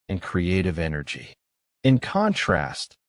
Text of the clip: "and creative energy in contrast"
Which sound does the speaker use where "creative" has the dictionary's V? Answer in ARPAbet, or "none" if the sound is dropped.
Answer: V